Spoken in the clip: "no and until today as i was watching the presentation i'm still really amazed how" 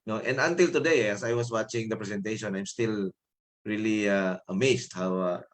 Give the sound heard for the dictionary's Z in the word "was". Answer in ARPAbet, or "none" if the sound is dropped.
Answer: S